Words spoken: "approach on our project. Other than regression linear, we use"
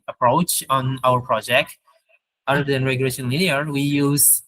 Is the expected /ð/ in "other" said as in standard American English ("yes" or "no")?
no